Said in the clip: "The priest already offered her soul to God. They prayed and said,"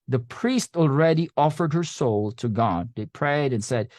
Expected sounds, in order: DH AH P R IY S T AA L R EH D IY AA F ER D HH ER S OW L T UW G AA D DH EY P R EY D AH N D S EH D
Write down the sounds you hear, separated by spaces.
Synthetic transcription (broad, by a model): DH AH P R IY S T AA L R EH D IY AA F ER D HH ER S OW L T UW G AA D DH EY P R EY D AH N S EH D